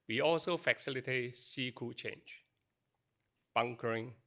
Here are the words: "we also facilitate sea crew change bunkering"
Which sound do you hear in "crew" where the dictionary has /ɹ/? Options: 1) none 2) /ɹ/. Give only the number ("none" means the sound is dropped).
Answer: 1